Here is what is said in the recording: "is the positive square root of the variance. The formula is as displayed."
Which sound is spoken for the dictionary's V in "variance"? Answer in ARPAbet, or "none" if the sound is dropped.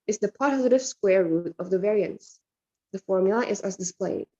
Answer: V